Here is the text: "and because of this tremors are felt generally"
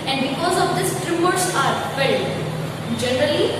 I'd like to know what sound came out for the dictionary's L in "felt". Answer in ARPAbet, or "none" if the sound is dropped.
none